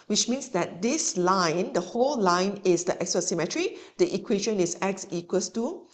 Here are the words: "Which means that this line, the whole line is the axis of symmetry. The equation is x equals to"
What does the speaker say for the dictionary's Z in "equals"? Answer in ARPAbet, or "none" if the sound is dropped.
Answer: none